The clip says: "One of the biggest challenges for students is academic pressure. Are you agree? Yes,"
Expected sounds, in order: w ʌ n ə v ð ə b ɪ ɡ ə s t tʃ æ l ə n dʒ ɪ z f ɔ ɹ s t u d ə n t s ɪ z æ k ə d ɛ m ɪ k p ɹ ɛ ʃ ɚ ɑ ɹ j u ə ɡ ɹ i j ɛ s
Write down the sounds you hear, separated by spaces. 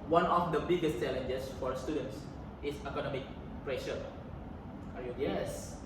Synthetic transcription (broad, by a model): w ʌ n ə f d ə b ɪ ɡ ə s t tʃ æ l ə n dʒ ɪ s f ɔ ɹ s t u d ə n t s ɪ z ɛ k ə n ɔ m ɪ k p ɹ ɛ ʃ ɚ ɑ ɹ j u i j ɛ s